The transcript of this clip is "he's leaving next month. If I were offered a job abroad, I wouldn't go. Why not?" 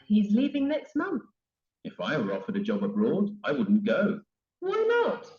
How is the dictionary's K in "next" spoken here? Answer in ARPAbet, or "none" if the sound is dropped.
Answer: K